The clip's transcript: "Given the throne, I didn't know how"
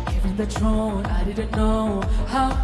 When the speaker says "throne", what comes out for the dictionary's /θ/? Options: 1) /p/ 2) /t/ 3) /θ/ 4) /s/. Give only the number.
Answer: 2